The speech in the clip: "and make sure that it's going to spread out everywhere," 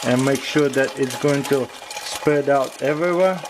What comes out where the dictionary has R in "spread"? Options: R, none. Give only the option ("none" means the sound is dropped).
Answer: none